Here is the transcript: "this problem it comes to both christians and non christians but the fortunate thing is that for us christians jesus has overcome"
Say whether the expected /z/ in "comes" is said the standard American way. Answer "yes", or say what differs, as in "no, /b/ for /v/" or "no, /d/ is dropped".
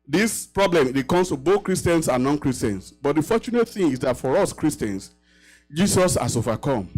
no, /s/ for /z/